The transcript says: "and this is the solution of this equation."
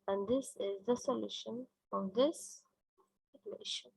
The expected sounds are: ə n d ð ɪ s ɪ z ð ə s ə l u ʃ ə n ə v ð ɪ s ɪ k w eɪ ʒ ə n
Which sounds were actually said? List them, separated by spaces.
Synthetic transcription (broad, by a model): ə n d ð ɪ s ɪ z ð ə s ə l u ʃ ə n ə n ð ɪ s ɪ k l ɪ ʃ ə